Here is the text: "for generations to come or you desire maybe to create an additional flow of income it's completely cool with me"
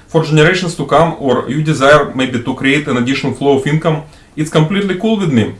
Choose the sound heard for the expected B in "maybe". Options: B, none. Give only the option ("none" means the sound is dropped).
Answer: B